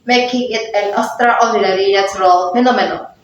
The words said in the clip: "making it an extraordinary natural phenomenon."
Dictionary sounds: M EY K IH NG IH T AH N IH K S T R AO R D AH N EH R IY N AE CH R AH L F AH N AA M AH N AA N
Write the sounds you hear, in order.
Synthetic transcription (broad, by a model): M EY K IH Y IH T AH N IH S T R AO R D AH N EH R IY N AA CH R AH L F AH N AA M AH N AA